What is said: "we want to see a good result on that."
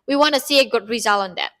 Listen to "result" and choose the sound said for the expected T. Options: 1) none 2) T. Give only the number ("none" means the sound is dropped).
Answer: 1